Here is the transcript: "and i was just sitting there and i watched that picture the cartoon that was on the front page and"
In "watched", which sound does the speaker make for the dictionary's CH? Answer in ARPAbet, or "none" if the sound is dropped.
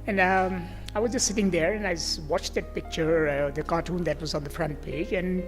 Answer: CH